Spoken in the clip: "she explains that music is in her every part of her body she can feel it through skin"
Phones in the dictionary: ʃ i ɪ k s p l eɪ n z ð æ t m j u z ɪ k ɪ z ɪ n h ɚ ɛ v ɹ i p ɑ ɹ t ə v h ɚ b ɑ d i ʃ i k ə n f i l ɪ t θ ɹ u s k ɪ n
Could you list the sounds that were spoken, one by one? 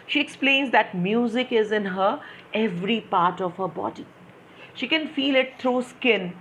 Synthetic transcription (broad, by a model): ʃ i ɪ k s p l eɪ n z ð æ t m j u z ɪ k ɪ z ɪ n h ɚ ɛ v ɹ i p ɑ ɹ t ə v h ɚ b ɑ d i ʃ i k ə n f i l ɪ t t ɹ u s k ɪ n